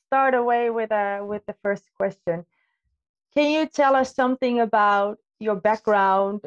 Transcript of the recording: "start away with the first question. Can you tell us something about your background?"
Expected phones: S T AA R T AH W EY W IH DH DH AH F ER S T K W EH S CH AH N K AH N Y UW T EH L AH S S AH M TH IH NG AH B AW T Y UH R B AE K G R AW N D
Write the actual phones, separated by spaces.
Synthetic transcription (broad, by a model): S T AA R T AH W EY W IH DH DH AH F ER S K W EH S CH AH N K AH N Y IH T EH L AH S S AH M TH IH NG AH B AW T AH R B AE K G R AW N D